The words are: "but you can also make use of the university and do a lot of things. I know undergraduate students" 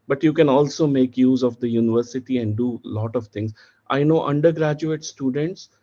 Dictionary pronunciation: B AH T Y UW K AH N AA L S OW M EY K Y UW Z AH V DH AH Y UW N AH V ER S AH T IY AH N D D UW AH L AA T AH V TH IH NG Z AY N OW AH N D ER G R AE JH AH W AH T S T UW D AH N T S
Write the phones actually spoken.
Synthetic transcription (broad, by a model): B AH T Y UW K AH N AA L S OW M EY K Y UW Z AH V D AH Y UW N AH V ER S AH T IY AH N D D UW L AA T AH V T IH NG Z AY N OW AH N D ER G R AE JH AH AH T S T UW D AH N T S